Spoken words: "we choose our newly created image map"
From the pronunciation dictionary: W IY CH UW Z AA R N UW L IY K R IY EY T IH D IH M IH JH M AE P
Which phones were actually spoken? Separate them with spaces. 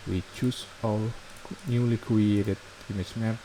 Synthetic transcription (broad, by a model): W IY CH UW S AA L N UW L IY K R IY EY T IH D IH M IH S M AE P